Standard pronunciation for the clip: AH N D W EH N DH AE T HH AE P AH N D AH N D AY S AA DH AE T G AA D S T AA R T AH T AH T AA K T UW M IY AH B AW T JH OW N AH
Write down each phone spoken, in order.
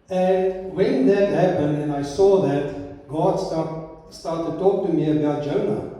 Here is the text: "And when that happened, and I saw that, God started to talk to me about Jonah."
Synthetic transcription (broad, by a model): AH N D W EH N DH AE T HH AE P AH N D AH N AY S AA DH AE T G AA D S T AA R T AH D T AA K T UW M IY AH B AW T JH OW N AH